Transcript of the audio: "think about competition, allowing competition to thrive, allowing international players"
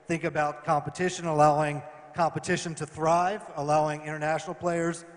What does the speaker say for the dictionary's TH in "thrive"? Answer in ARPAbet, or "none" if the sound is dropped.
TH